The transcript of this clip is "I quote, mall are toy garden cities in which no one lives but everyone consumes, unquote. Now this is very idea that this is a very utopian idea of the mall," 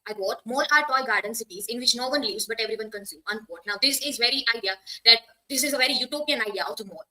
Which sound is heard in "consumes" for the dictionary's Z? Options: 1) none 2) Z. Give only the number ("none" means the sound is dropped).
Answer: 1